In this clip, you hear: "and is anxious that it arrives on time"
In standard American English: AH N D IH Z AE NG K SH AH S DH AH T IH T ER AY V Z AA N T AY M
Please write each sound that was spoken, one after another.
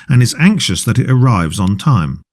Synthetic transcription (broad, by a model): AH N IH Z AE NG K SH AH S DH AH T IH T ER AY V Z N T AY M